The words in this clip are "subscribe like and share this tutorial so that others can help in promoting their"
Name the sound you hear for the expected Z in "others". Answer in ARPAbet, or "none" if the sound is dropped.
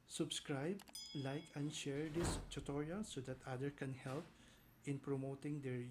none